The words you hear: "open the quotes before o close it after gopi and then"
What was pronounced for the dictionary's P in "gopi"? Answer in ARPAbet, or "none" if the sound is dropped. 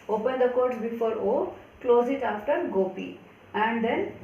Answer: P